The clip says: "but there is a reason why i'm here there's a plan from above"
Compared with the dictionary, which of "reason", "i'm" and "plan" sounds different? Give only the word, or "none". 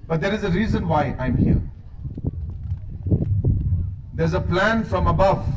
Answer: none